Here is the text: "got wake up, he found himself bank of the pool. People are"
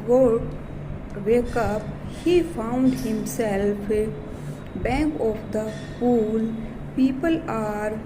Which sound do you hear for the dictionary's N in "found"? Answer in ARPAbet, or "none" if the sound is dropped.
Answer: N